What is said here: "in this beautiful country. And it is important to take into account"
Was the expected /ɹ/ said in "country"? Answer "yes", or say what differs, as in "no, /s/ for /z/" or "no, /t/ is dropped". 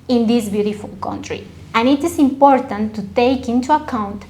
yes